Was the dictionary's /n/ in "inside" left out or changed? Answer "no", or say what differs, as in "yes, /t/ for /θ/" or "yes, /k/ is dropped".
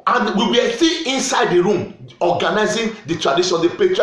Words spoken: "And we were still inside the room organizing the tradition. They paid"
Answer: no